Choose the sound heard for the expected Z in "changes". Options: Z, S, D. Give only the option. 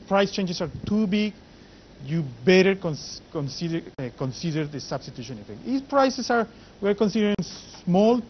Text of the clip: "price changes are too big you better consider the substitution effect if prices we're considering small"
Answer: S